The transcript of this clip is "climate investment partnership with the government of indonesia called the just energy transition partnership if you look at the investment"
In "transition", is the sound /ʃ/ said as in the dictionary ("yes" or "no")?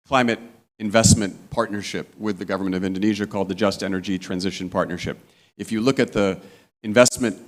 yes